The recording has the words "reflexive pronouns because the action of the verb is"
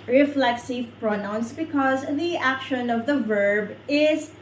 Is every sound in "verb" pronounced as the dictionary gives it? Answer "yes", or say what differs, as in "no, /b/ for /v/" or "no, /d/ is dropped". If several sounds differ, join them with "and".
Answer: yes